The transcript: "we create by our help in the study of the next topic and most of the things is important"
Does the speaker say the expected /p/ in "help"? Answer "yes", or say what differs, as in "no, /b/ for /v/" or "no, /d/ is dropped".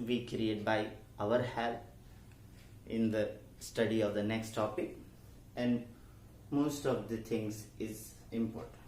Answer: no, /p/ is dropped